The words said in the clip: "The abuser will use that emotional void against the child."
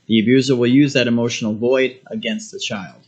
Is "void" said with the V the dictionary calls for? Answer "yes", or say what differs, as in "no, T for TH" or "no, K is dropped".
yes